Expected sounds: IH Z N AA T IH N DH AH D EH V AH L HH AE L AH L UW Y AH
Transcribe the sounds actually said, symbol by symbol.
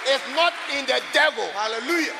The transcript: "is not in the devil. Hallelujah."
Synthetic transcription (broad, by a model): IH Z N AA T IH N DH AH D EH V AH L HH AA L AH L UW Y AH